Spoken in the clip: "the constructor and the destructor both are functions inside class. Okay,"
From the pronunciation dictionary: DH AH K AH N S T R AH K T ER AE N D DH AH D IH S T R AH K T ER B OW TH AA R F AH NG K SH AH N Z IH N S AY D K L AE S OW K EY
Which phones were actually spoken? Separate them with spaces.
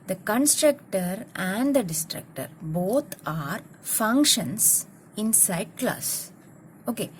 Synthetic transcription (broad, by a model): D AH K AH N S T R AH K T ER AE N D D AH D IH S T R AH K T ER B OW T AA R F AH NG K SH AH N S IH N S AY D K L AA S OW K EY